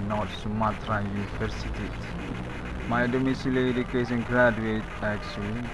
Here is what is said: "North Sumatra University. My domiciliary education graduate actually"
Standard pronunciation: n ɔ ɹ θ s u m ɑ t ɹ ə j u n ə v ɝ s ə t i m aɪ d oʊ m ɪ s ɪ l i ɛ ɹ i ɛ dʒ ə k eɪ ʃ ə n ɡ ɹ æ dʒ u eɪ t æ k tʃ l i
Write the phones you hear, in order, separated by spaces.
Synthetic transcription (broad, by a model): n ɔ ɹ s u m ɑ t ɹ ə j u n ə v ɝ s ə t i m aɪ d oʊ m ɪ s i l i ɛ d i k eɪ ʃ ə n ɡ ɹ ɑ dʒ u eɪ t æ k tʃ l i